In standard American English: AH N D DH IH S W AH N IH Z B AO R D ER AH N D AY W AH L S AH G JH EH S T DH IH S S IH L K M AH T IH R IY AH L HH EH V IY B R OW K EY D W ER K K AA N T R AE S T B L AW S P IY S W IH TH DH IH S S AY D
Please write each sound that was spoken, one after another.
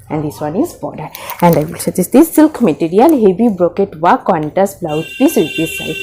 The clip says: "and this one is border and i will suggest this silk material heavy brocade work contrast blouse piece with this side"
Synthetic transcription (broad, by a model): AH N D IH S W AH N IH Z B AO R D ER AH N D AY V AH L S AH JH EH S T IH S S IH L K M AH T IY R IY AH L HH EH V IY B R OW K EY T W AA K K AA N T AE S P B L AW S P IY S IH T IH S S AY